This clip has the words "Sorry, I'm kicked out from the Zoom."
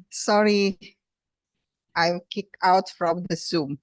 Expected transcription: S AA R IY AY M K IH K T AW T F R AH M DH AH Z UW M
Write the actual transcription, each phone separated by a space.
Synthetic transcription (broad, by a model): S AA R IY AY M K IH K AW T F R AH M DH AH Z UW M